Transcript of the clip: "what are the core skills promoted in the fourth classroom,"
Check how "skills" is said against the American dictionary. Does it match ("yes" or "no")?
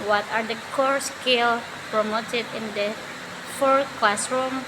no